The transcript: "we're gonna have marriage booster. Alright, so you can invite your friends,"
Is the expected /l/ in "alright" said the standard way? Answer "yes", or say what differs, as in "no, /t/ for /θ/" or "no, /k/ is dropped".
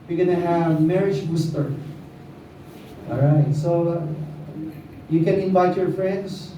no, /l/ is dropped